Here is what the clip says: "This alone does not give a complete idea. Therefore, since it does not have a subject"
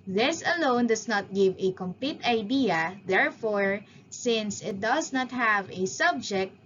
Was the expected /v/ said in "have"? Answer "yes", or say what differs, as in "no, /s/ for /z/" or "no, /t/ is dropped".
yes